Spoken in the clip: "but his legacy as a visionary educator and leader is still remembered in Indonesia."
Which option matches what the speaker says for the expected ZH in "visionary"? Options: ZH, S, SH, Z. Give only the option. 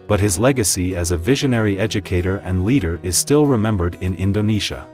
ZH